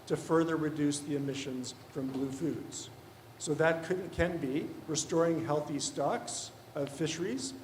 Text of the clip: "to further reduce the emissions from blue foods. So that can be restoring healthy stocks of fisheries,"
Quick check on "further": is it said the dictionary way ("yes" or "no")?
yes